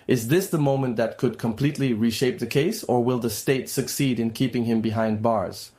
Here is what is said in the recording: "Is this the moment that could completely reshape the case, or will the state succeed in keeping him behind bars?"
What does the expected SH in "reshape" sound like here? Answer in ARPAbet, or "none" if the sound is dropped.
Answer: SH